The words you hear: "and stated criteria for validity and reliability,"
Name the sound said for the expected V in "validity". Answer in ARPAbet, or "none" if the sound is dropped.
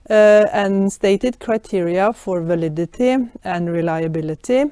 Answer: V